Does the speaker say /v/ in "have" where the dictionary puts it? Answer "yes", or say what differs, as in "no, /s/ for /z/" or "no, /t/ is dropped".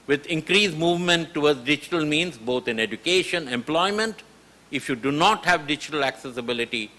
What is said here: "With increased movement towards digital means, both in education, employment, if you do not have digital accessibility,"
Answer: yes